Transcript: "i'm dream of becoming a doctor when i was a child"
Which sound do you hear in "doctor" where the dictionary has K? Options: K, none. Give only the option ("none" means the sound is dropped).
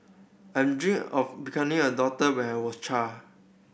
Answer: none